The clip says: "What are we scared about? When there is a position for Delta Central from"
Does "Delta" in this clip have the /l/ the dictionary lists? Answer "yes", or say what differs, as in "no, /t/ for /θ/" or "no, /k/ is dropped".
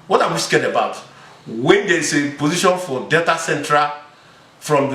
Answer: no, /l/ is dropped